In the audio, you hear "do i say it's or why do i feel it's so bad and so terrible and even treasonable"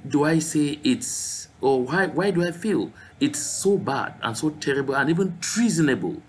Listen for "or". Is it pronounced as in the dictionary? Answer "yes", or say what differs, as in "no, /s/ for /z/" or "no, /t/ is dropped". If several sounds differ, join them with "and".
no, /w/ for /ɹ/